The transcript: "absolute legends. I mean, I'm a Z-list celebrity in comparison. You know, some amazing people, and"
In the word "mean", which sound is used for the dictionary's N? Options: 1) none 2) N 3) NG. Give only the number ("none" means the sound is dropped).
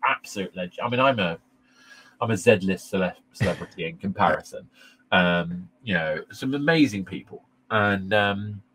1